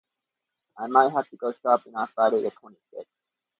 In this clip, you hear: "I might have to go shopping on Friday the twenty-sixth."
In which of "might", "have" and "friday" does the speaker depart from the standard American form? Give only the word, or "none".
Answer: have